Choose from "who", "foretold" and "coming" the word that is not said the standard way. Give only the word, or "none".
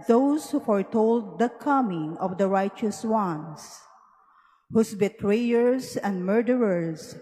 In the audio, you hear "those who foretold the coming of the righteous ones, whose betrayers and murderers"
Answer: none